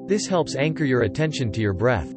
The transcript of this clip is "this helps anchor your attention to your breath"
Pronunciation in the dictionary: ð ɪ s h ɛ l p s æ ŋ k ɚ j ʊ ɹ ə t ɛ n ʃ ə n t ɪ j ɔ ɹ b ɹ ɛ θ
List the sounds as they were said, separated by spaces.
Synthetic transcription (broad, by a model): ð ɪ s h ɛ l p s æ ŋ k ɚ j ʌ ɹ ə t ɛ n ʃ ə n t ɪ j ɔ ɹ b ɹ ɛ θ